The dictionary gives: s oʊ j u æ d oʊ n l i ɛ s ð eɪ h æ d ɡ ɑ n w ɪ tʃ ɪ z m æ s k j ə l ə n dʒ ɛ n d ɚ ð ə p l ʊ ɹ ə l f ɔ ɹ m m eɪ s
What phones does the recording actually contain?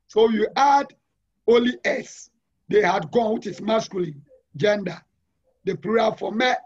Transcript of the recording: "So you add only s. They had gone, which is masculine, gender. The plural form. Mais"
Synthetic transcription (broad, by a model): s oʊ j u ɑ d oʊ l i ɛ s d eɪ h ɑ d ɡ ɑ n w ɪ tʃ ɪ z m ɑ s k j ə l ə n dʒ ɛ n d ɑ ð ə p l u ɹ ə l f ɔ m m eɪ